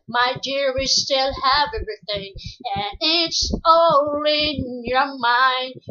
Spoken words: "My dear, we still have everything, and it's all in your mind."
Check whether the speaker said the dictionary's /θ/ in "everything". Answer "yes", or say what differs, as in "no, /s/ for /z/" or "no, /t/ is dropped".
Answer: yes